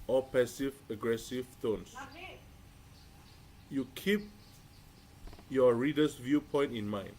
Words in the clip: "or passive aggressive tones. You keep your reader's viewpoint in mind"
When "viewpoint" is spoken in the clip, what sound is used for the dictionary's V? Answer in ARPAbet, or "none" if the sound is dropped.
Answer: V